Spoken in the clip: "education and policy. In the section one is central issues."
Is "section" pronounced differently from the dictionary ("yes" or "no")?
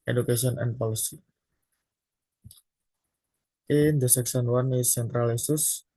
yes